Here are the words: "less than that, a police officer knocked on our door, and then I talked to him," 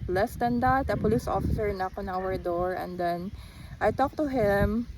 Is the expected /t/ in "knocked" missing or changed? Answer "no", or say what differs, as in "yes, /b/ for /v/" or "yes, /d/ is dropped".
yes, /t/ is dropped